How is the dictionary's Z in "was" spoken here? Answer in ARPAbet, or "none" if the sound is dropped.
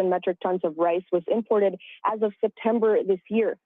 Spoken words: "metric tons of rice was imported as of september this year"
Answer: Z